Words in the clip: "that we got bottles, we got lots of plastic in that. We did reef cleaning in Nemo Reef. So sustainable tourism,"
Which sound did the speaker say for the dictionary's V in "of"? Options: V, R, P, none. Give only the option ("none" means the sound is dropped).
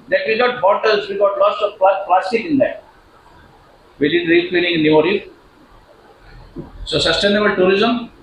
P